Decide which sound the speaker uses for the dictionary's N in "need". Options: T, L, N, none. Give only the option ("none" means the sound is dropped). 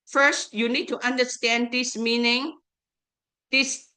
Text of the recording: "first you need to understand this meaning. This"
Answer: N